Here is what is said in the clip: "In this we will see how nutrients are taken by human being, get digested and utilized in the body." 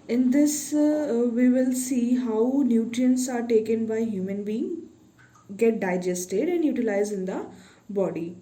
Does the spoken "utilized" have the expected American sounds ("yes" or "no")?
no